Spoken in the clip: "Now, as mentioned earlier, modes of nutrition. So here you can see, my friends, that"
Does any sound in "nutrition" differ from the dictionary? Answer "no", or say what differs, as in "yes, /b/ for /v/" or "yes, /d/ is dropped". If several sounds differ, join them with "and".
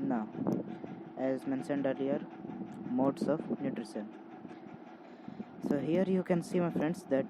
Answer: yes, /s/ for /ʃ/